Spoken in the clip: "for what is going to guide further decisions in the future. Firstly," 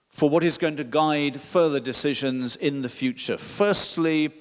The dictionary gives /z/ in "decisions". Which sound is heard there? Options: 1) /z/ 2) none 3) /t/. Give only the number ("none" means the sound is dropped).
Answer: 1